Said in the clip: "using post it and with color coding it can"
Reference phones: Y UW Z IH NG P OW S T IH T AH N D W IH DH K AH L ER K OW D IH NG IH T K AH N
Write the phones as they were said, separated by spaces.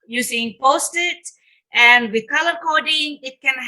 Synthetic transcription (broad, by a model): Y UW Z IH NG P OW S T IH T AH N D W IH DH K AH L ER K OW D IH NG IH T K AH N